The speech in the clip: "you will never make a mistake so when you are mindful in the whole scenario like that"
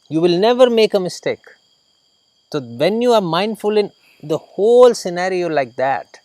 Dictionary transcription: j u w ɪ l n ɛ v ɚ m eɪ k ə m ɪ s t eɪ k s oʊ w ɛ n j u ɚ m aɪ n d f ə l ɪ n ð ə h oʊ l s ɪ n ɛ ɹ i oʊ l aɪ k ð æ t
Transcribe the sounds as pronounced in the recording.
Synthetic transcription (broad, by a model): j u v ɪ l n ɛ v ɚ m eɪ k ə m ɪ s t eɪ k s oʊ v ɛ n j u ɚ m aɪ n d f ə l ɪ n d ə h oʊ l s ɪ n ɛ ɹ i oʊ l aɪ k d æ t